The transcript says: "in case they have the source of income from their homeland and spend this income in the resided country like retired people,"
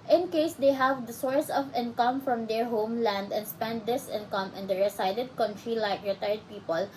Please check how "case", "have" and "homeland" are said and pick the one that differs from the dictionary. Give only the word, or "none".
none